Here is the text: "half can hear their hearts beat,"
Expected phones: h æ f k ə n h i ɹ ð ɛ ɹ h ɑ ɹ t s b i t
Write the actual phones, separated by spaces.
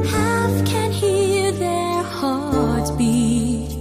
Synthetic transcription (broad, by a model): h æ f k ə n h i ɹ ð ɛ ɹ h ɑ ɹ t b i